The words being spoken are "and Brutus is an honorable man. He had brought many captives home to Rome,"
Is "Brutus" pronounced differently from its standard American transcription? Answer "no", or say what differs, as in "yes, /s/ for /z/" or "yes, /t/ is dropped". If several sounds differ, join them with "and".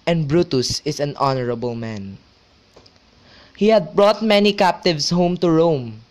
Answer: no